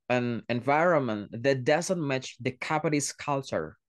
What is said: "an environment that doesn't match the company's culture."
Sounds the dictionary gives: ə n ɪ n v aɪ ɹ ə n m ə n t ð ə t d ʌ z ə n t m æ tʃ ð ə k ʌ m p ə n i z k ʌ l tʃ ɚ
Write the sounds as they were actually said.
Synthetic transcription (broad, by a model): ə n ɪ n v aɪ ɹ ə n m ə n t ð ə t d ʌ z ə n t m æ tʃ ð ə k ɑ p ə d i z k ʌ l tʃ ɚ